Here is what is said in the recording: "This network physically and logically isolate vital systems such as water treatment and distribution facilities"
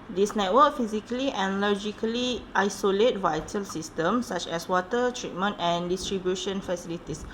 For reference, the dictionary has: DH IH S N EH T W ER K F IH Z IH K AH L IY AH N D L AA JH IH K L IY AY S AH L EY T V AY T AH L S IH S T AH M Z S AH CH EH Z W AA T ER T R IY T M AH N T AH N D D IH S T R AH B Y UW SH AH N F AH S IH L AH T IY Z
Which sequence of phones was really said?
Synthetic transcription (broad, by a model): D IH S N EH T W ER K F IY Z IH K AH L IY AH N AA L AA JH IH K L IY AY S AH L EY T V AY T AH L S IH S T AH M S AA CH EH S W AA T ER T R IY T M AH N T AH N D D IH S T R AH B Y UW SH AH N F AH S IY L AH T IY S